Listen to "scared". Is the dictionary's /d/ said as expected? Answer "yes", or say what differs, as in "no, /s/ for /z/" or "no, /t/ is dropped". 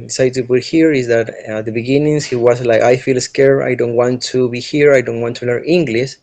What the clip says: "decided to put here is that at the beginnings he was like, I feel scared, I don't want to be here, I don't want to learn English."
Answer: no, /d/ is dropped